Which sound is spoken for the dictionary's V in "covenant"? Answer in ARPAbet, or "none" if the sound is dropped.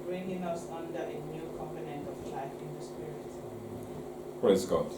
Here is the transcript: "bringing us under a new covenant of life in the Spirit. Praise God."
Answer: P